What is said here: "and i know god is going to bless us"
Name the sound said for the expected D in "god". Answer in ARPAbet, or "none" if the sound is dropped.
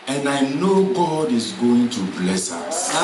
D